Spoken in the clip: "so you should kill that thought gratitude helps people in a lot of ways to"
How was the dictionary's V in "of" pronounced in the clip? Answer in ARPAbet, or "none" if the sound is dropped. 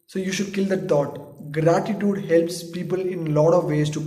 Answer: V